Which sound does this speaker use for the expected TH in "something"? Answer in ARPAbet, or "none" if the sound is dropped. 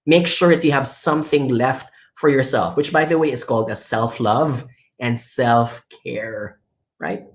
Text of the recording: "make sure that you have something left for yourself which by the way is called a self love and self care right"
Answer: TH